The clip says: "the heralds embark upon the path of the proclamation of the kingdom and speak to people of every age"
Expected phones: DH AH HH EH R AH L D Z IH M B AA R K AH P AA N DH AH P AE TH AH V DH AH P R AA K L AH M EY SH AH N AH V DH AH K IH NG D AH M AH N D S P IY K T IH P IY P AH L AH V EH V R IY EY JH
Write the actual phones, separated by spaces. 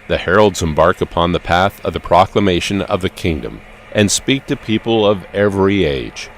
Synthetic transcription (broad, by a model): DH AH HH EH R L D Z IH M B AA R K AH P AA N DH AH P AE TH AH V DH AH P R AA K L AH M EY SH AH N AH V DH AH K IH NG D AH M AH N S P IY K T IH P IY P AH L AH V EH V R IY EY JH